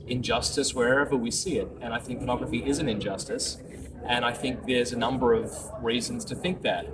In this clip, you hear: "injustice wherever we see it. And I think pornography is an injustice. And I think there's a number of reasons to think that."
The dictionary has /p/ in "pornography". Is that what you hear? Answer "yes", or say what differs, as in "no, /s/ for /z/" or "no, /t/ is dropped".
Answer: no, /f/ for /p/